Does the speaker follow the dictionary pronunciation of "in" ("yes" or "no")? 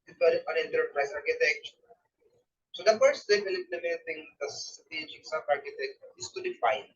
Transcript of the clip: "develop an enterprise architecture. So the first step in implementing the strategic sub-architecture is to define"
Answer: no